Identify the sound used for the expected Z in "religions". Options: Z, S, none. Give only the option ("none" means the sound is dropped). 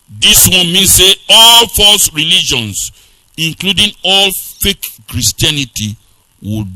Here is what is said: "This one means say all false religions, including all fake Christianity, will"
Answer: S